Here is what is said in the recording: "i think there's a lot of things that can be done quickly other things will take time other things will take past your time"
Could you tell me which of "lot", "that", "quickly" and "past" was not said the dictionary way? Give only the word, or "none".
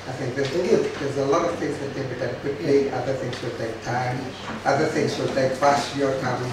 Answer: past